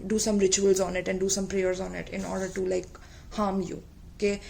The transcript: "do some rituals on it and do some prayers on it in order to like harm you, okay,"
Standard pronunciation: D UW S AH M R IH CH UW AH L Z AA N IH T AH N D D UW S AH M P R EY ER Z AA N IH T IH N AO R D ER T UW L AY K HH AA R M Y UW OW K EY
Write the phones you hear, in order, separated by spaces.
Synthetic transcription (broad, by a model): D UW S AH M R IH CH UW AH L Z AA N IH T AH N D D UW S AH M P R EY ER Z AA N IH T IH N AO R D ER T UW L AY K HH AA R M Y UW K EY